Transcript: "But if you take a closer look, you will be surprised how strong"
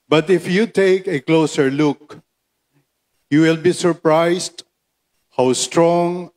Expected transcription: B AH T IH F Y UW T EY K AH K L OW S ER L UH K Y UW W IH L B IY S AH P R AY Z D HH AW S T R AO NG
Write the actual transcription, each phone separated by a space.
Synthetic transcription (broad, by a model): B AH T IH F Y UW T EY K AH K L OW S ER L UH K Y UW W IH L B IY S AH P R AY S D HH AW S T R AO NG